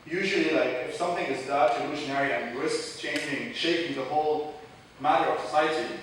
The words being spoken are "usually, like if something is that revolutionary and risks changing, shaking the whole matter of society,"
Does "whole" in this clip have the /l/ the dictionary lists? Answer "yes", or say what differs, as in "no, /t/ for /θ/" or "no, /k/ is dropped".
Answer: yes